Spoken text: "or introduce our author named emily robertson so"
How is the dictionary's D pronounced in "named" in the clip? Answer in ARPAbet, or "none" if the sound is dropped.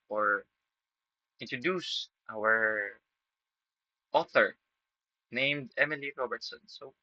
D